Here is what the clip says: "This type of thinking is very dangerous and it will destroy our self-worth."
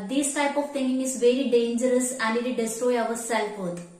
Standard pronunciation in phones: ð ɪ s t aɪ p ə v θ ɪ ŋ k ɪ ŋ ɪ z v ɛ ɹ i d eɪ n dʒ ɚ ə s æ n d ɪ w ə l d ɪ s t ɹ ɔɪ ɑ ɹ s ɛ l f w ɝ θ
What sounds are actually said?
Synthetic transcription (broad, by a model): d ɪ s t aɪ p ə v t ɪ ŋ ɪ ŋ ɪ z v ɛ ɹ i d eɪ n dʒ ɚ ə s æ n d ɪ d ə d ɪ s t ɹ ɔɪ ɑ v s ɛ l f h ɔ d